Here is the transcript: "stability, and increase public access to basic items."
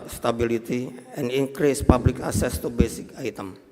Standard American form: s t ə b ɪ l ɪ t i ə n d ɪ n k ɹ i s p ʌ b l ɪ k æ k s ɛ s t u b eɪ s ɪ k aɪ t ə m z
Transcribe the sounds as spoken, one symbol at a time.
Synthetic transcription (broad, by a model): s t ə b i l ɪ t i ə n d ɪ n k ɹ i s p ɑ b l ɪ k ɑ s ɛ s t u b eɪ s ɪ k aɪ t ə m